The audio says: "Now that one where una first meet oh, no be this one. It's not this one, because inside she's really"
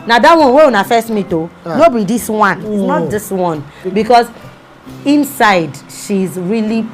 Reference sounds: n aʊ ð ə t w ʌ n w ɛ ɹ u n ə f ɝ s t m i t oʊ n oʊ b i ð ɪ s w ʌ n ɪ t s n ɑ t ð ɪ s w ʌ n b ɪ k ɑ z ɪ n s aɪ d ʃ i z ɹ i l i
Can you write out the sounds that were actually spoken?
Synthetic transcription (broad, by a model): n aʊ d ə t w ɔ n w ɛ w u n ə f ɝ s m i t oʊ n oʊ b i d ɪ s w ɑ n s n ɑ t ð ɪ s w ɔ n b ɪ k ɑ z ɪ n s aɪ d ʃ i z ɹ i l i